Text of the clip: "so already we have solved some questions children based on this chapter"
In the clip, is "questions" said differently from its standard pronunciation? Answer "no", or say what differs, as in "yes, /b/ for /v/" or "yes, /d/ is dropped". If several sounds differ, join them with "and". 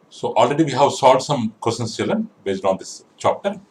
yes, /tʃ/ is dropped